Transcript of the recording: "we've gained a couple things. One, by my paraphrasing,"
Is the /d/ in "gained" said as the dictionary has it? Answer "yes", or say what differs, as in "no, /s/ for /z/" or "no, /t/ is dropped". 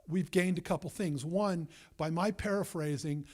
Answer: yes